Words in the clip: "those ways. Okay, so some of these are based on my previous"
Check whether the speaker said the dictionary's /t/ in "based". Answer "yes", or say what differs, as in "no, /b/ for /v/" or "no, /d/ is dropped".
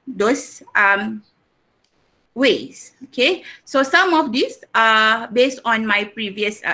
yes